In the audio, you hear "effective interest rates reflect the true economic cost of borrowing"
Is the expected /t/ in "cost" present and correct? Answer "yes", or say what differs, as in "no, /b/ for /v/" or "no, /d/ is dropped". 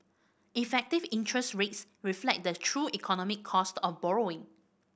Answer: yes